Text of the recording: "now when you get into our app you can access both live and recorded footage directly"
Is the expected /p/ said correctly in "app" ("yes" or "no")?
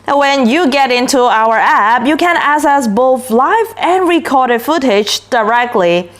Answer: yes